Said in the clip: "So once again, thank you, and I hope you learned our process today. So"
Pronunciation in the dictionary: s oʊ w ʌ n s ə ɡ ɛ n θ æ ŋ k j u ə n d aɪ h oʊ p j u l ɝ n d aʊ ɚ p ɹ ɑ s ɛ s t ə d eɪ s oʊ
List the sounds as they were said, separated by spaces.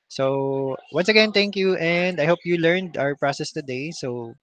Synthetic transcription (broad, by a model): s oʊ w ʌ n s ə ɡ ɛ n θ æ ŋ k j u ə n d aɪ h oʊ p j u l ɝ n d aʊ ɚ p ɹ ɑ s ɛ s t ə d eɪ s oʊ